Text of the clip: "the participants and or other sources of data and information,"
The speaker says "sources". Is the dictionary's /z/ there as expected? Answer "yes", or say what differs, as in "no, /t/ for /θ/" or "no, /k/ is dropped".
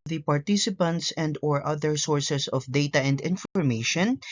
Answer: no, /s/ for /z/